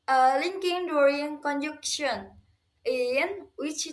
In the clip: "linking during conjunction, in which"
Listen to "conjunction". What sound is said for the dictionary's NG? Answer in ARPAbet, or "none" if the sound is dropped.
none